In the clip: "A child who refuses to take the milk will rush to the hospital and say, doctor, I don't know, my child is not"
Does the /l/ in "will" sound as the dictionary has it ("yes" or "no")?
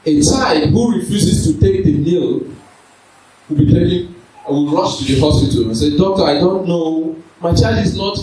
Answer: no